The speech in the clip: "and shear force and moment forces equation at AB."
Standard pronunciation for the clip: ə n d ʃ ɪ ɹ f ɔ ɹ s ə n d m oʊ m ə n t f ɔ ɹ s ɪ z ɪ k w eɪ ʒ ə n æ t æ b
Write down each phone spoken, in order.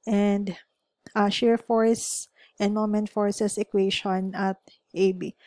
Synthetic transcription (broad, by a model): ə n d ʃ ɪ ɹ f ɔ ɹ s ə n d m oʊ m ə n t f ɔ ɹ s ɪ s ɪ k w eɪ ʃ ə n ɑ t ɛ b